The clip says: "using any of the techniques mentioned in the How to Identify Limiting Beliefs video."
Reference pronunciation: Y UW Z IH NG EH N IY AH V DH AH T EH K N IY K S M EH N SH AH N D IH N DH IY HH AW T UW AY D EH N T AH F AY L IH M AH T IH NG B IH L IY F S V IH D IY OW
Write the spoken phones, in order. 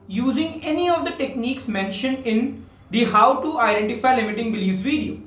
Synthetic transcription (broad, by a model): Y UW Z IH NG EH N IY AH V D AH T EH K N IY K S M EH N SH AH N D IH N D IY HH AW T UW AY D EH N T AH F AY L IH M AH T IH NG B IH L IY S V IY D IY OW